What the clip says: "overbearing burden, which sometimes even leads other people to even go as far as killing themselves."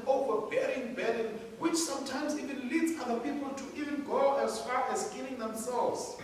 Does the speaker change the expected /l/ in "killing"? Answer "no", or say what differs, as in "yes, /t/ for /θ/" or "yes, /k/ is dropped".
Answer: yes, /n/ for /l/